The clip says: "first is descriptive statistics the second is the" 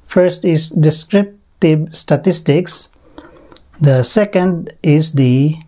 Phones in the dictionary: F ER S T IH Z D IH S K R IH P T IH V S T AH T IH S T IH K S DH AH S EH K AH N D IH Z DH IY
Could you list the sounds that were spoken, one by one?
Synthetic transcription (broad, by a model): F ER S T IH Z D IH S K R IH P T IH B S T AH T IH S T IH K S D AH S EH K AH N D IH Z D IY